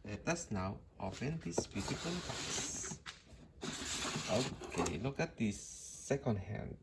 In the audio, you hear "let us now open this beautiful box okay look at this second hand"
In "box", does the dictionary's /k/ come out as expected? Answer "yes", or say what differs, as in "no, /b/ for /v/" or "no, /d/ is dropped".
no, /k/ is dropped